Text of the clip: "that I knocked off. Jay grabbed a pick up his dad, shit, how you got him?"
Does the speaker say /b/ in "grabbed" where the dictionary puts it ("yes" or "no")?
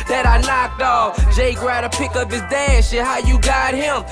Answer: no